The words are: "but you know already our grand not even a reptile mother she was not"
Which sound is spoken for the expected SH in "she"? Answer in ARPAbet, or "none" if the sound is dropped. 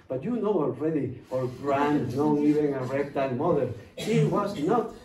S